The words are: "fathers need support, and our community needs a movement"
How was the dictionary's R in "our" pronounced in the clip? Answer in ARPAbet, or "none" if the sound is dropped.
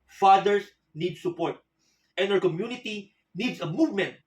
W